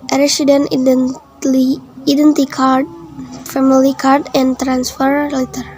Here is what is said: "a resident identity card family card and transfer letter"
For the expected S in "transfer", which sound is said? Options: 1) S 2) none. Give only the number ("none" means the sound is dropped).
1